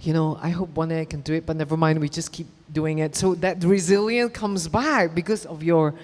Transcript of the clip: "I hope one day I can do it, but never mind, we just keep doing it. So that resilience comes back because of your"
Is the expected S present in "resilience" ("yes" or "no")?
no